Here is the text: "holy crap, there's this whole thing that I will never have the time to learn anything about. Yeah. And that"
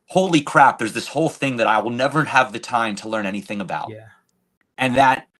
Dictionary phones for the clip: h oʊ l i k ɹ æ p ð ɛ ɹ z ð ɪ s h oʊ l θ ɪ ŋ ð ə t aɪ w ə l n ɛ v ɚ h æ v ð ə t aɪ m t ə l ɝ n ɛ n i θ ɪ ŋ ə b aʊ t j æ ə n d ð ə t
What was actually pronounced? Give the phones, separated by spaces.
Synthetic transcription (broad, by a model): h oʊ l i k ɹ æ p ð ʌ ɹ z ð ɪ s h oʊ l θ ɪ ŋ ð ə t aɪ w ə l n ɛ v ɚ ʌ v ð ə t aɪ m t ə l ɝ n ɛ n i θ ɪ ŋ ə b aʊ t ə n ð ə t